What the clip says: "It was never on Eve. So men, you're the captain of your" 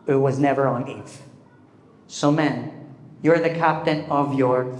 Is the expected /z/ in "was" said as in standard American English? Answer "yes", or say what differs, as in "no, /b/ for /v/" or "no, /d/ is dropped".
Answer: yes